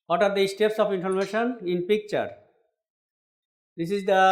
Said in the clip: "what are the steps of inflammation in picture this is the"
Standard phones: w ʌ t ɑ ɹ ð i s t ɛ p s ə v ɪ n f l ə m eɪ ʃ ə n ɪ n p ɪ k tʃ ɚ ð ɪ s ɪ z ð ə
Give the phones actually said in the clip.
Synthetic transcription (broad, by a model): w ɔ t ɑ ɹ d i s t ɛ p s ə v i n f ə m eɪ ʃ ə n ɪ n p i k tʃ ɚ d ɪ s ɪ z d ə